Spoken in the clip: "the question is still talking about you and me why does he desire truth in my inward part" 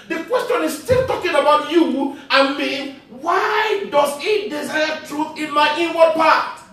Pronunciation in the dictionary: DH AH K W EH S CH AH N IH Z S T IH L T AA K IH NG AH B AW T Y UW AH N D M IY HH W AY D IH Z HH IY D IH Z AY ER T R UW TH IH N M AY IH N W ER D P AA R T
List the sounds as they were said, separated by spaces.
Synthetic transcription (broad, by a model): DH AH K W EH S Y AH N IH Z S T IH L T AA K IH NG AH B AW T Y UW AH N M IY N W AY D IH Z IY D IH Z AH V T R UW TH IH N M AY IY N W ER P AA T